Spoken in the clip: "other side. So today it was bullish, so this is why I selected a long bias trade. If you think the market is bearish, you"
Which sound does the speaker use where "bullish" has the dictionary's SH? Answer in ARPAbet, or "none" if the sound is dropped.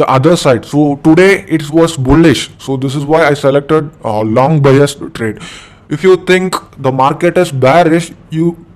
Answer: SH